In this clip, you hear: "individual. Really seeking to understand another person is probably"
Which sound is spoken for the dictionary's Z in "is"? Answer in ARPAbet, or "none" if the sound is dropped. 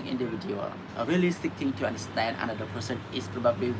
S